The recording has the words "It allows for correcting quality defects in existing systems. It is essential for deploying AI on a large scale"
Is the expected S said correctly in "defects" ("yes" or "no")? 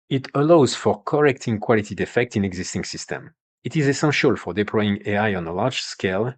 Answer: no